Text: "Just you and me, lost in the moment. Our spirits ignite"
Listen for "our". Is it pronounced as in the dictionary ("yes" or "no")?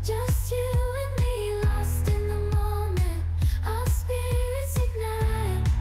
no